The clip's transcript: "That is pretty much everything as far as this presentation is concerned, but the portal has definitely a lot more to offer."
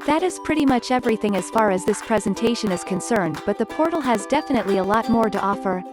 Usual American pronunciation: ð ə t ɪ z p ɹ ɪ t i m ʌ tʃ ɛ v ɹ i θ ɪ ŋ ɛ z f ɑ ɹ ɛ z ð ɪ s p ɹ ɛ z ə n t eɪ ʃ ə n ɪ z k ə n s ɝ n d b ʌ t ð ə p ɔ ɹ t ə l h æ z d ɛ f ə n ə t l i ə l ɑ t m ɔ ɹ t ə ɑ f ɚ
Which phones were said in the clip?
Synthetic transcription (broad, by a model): ð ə t ɪ z p ɹ ɪ t i m ʌ tʃ ɛ v ɹ i θ ɪ ŋ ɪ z f ɑ ɹ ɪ z ð ɪ s p ɹ ɛ z ə n t eɪ ʃ ə n ɪ z k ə n s ɝ n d b ʌ t ð ə p ɔ ɹ t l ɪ z d ɛ f ə n ə t l i ə l ɑ t m ɔ ɹ t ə ɑ f ɚ